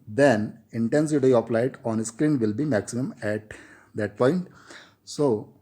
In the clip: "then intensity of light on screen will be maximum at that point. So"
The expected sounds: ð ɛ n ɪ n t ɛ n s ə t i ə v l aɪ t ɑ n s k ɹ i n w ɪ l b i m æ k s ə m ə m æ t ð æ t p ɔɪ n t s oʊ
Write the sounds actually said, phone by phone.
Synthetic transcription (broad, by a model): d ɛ n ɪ n t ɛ n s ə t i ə p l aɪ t ɑ n s k ɹ i n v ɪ l b i m æ k s ə m ə m æ t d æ t p ɔɪ n t s oʊ